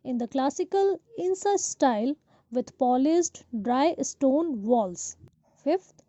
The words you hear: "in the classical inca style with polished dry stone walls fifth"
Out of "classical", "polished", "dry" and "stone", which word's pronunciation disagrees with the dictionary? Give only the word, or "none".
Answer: polished